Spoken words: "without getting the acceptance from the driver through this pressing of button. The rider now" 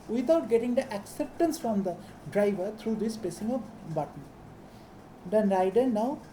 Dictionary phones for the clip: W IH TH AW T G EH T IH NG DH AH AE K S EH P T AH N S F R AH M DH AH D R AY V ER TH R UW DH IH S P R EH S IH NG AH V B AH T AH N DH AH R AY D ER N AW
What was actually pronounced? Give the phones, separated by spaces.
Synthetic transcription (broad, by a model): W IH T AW T G EH T IH NG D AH AE K S EH P T AH N S F R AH M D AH D R AY V ER T R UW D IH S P EH S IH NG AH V B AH T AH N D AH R AY D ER N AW